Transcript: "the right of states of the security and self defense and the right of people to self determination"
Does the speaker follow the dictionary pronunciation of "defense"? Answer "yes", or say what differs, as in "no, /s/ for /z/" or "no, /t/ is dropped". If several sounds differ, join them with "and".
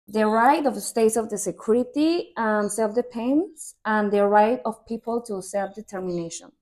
no, /p/ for /f/